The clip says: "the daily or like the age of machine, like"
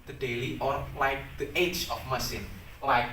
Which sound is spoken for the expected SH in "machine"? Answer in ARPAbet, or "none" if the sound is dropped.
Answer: S